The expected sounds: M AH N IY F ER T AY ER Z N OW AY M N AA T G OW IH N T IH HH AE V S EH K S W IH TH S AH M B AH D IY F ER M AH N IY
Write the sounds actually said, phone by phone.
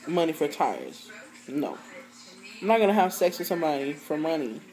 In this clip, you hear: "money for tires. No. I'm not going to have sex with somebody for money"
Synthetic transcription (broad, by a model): M AH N IY F ER T AY ER Z N OW AY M N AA T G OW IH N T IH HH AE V S EH K S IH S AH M AH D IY F ER M AH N IY